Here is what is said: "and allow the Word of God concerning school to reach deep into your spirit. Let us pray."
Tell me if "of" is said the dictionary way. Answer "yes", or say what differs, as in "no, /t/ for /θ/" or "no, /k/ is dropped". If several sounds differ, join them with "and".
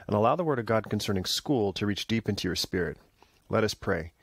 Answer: yes